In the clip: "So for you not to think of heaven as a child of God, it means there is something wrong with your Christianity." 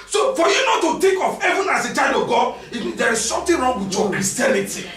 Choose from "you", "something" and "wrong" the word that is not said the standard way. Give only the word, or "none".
something